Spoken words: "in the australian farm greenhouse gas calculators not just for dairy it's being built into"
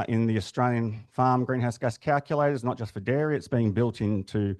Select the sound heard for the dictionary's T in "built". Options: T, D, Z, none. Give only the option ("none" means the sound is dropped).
T